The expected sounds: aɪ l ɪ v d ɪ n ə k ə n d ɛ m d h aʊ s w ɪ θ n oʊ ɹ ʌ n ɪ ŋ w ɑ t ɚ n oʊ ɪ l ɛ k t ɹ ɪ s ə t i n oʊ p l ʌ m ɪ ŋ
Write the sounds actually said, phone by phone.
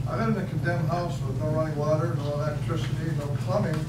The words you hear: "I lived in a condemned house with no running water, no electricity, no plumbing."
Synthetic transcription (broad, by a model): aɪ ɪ d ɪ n ə k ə n d ɛ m h aʊ s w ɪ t n oʊ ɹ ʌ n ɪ w ɑ t ɚ n oʊ ɪ l ɛ k t ɹ ɪ s ə t i n oʊ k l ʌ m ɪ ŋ